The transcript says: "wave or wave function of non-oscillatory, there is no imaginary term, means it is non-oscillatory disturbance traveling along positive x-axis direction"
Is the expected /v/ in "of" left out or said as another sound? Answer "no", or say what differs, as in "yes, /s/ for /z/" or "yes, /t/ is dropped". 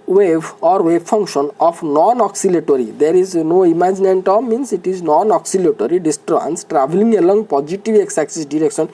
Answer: yes, /p/ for /v/